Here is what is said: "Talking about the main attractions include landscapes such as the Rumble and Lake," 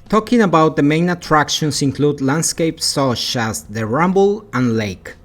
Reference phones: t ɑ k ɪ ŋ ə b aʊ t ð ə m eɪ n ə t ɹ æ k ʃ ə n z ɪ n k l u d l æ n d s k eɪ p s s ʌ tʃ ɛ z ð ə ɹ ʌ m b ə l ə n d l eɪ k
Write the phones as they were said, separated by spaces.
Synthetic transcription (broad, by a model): t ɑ k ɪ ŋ ə b aʊ t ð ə m eɪ n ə t ɹ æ k ʃ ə n s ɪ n k l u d l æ n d s k eɪ p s s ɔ ʃ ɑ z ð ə ɹ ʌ m b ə l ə n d l eɪ k